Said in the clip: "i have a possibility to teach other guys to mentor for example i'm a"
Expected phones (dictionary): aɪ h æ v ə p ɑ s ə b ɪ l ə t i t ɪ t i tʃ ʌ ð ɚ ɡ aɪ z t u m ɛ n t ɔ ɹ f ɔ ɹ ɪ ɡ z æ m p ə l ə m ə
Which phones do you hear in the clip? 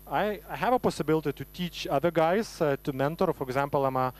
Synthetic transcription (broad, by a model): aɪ h æ v ə p ɑ s ə b ɪ l ə t i t ɪ t i tʃ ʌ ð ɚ ɡ aɪ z t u m ɛ n t ɔ ɹ f ɔ ɹ ɪ ɡ z æ m p ə l ə m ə